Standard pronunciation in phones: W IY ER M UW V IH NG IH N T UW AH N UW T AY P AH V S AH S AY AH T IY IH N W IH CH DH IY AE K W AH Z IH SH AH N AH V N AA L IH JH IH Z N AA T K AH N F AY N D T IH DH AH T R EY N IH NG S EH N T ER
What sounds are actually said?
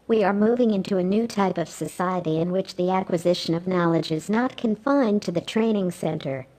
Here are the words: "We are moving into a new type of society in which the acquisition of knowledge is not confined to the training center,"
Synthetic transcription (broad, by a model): W IY ER M UW V IH NG IH N T UW AH N UW T AY P AH V S AH S AY AH T IY IH N W IH CH DH IY AE K W AH Z IH SH AH N AH V N AA L IH JH IH Z N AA T K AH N F AY N T IH DH AH T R EY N IH NG S EH N T ER